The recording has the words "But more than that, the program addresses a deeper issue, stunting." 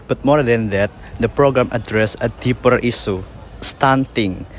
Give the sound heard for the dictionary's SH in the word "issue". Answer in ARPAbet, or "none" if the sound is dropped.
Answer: S